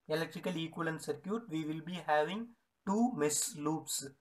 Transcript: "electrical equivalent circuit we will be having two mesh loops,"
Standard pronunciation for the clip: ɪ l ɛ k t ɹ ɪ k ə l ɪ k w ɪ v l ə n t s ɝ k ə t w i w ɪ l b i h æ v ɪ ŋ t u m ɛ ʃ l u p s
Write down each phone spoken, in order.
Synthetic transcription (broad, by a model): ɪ l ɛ k t ɹ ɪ k ə l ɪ k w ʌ l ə n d s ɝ k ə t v i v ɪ l b i h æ v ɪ ŋ t u m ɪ s l u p s